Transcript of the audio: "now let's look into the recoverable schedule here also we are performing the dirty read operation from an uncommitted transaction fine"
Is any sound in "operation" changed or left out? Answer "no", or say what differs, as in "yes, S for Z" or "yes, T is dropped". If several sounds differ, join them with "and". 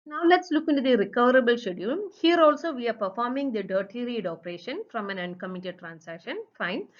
no